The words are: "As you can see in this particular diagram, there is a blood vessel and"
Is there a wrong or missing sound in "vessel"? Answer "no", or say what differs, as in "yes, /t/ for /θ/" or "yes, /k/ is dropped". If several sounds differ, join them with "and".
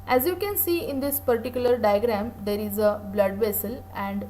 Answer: no